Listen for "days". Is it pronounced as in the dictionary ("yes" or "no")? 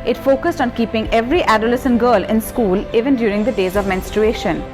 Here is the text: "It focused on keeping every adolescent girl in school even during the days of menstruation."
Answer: yes